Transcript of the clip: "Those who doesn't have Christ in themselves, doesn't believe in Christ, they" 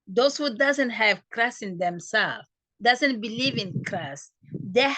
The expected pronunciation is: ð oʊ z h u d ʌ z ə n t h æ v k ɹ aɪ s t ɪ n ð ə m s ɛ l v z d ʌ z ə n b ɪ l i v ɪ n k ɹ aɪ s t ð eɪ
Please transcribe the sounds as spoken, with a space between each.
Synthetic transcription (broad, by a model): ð oʊ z h u d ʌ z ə n t h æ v k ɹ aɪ s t ɪ n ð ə m s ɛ l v d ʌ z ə n b ɪ l i v ɪ n k ɹ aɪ s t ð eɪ